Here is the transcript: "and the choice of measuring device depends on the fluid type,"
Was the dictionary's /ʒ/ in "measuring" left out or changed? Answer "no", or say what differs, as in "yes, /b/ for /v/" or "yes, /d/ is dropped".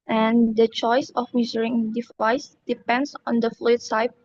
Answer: yes, /z/ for /ʒ/